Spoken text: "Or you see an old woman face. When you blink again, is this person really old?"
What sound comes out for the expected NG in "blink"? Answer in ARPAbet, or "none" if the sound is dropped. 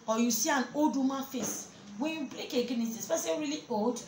none